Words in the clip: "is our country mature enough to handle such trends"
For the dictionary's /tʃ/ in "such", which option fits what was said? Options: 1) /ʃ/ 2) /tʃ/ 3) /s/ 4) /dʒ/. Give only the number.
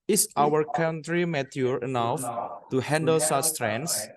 3